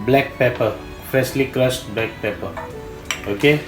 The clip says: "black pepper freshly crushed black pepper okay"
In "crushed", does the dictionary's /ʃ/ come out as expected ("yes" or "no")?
no